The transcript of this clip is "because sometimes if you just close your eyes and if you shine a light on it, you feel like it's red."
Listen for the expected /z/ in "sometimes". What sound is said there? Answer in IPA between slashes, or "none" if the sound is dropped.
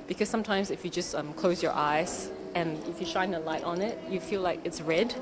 /z/